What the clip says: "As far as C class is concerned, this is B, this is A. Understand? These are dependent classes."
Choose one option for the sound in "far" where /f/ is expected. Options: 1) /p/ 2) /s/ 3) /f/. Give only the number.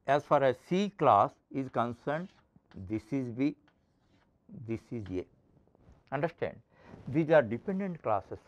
3